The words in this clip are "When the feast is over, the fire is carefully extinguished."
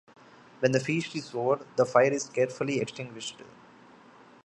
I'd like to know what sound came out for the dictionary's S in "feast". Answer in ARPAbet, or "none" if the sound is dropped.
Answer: SH